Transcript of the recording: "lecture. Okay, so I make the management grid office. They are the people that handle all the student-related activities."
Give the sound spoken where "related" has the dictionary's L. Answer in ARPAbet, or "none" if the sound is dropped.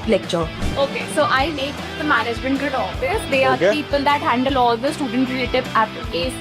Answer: none